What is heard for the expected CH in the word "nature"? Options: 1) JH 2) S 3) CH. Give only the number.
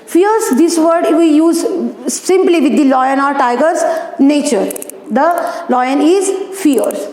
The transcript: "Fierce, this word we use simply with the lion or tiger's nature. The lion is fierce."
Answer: 3